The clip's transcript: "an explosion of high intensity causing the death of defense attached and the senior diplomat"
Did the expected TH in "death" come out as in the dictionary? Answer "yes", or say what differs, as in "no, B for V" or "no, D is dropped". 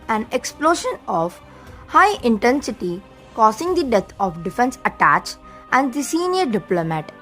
no, T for TH